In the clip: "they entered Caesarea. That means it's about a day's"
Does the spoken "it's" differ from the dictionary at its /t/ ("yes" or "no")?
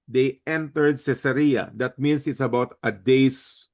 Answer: no